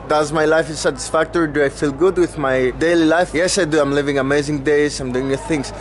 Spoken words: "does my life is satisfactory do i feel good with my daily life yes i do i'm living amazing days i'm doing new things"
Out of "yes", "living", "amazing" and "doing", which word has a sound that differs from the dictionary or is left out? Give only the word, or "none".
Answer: none